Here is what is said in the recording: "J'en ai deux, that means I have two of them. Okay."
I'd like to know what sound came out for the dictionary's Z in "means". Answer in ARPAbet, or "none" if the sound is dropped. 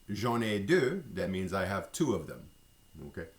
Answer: Z